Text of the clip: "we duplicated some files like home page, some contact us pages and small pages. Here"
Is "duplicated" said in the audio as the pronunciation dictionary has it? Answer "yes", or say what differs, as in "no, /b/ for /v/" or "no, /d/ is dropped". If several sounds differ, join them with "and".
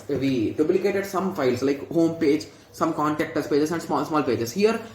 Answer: no, /b/ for /p/